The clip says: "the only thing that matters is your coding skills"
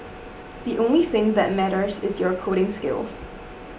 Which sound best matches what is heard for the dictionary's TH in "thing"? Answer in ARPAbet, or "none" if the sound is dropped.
TH